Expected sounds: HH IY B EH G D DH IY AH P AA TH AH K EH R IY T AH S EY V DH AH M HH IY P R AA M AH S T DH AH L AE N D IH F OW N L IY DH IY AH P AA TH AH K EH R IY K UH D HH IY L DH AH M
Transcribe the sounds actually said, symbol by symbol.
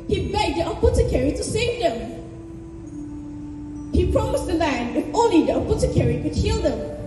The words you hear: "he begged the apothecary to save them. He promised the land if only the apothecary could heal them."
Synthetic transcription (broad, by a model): HH IY B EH G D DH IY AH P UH T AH K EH R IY T AH S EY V DH AH M HH IY P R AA M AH S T DH AH L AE N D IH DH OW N IY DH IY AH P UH T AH K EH R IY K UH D HH IY L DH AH M